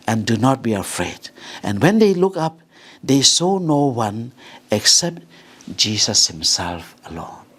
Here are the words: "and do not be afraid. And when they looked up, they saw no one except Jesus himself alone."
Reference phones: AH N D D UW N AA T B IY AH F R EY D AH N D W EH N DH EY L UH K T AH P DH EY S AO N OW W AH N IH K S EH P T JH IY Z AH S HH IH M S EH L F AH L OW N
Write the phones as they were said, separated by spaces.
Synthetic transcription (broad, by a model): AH N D D UW N AA T B IY AH F R EY D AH N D W EH N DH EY L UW K AH P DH EY S AO N OW W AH N IH K S EH P T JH IY S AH S HH IH M S EH L F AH L OW N